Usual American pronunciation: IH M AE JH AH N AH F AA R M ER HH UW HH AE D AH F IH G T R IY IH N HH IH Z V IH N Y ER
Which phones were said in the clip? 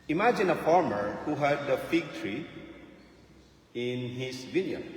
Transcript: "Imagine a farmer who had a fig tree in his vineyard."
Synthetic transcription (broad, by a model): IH M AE JH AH N AH F AA R M ER HH UW HH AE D AH F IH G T R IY IH N HH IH S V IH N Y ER